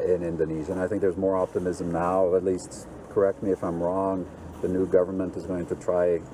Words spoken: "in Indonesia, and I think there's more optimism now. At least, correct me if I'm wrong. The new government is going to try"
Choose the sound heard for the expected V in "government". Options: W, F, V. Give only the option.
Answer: V